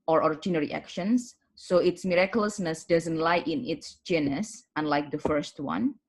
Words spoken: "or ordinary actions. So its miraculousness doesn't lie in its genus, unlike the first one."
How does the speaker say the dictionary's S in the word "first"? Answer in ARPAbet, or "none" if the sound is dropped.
S